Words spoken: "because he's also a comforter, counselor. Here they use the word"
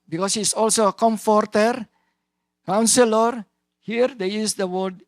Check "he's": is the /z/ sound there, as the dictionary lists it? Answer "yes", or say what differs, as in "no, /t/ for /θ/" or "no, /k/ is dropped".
no, /s/ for /z/